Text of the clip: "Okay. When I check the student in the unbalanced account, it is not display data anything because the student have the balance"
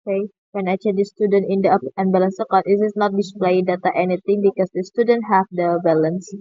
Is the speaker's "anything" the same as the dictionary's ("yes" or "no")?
no